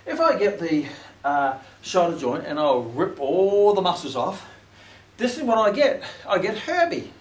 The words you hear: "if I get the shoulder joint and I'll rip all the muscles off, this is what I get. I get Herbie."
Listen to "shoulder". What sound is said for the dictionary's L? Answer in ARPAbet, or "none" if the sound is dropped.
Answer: none